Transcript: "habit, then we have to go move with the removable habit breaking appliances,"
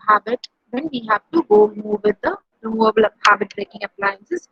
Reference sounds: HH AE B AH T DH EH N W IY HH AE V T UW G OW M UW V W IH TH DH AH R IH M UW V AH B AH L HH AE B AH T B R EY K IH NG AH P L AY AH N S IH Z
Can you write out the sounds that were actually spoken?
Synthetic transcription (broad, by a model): HH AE B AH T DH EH N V IY HH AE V T UW G OW M UW V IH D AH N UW AH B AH L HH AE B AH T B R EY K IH NG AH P L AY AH N S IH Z